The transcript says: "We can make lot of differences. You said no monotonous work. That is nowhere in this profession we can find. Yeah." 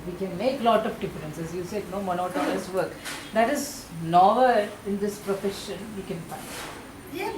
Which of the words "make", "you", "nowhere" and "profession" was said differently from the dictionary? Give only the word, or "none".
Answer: nowhere